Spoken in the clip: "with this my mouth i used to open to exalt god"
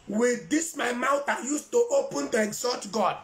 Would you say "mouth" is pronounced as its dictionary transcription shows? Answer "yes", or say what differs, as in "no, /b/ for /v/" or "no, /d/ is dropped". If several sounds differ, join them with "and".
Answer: no, /t/ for /θ/